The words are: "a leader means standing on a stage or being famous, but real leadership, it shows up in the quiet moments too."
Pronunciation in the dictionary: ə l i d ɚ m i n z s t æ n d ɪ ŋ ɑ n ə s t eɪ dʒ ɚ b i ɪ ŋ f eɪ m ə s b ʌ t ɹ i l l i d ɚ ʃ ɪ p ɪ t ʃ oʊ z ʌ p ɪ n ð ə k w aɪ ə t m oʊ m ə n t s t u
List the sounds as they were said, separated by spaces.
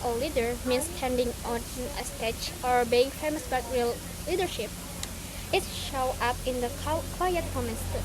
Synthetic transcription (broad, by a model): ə l i d ɚ m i n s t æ n d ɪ ŋ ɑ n ə s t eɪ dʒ ɚ b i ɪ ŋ f eɪ m ə s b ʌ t ɹ i l l i d ɚ ʃ ɪ p ɪ t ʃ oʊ ʌ p ɪ n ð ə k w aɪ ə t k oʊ m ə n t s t